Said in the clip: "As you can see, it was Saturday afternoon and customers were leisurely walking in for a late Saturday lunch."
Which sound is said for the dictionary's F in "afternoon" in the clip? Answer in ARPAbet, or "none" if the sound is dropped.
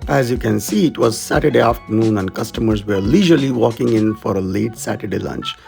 F